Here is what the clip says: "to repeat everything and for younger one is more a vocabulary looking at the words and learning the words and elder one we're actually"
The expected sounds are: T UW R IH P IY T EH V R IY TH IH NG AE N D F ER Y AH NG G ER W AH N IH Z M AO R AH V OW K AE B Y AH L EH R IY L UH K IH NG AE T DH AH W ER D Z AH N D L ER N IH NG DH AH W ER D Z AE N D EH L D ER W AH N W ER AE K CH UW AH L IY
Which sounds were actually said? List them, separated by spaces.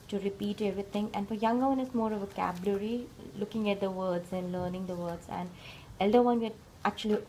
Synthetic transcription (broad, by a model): T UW R IH P IY T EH V R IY T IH NG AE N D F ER Y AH NG G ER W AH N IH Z M AO R AH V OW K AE B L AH R IY L UH K IH NG AE T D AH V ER D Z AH N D L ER N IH NG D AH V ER D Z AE N D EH L D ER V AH N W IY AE K CH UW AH L IY